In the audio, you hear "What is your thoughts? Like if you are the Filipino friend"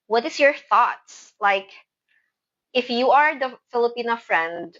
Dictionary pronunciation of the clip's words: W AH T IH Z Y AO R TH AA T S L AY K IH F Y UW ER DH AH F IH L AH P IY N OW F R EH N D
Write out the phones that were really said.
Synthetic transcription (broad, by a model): W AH T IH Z Y AO R TH AA T S L AY K IH F Y UW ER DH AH F IH L AH P IY N OW F R EH N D